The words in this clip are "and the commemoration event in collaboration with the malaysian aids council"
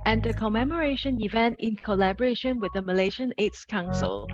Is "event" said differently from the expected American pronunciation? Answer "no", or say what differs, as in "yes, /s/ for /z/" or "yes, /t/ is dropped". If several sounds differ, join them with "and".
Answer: no